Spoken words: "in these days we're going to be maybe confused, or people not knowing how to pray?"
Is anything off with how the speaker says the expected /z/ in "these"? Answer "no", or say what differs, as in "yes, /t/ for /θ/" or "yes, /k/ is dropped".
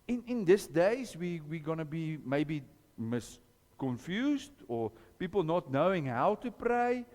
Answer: yes, /s/ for /z/